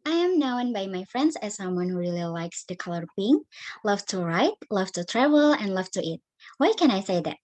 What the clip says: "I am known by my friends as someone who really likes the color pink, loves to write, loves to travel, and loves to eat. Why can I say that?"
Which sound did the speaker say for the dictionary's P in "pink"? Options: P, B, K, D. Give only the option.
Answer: B